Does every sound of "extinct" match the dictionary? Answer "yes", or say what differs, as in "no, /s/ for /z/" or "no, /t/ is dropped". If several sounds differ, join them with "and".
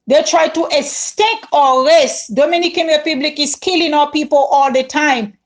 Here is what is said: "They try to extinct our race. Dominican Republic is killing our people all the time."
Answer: no, /k/ is dropped and /ŋ/ is dropped and /t/ is dropped